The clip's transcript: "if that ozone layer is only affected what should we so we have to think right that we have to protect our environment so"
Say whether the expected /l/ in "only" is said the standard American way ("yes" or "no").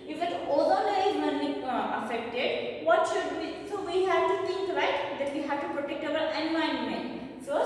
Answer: no